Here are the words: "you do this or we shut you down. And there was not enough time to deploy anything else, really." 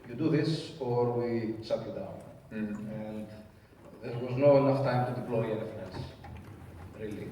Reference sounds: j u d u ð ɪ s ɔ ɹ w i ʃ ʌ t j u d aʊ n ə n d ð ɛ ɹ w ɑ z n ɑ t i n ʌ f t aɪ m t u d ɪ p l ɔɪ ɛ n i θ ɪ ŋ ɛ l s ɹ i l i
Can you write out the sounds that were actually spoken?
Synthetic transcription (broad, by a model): j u d u ð ɪ s ɔ ɹ w i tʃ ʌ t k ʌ d aʊ n ə n d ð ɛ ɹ w ɑ z n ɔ i n ʌ f t aɪ m t u d ɪ p l ɔɪ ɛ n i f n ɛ n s ɹ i l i